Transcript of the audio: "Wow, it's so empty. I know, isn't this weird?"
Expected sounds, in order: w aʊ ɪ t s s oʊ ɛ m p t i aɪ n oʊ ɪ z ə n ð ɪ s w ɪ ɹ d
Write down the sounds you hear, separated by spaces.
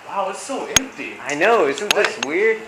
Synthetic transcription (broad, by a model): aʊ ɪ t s s oʊ ɛ m p t i aɪ n oʊ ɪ s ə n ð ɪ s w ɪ ɹ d